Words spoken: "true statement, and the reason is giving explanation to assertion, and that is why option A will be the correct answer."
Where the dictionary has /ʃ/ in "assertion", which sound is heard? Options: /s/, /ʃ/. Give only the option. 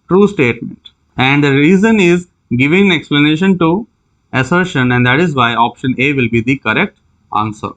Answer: /ʃ/